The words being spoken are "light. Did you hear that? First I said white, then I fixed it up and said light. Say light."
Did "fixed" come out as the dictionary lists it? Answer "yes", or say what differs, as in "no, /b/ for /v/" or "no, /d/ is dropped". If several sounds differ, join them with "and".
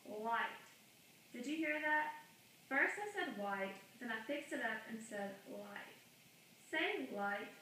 yes